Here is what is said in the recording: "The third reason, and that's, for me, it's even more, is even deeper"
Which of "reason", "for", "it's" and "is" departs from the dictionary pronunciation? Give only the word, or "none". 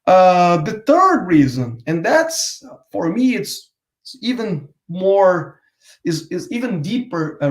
is